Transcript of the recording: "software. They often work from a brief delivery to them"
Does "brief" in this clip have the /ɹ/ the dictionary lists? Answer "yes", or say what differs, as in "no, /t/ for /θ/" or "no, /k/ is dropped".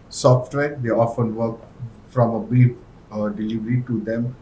no, /ɹ/ is dropped